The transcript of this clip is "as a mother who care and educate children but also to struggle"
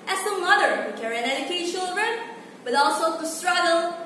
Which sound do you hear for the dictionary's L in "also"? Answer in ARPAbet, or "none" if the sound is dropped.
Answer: L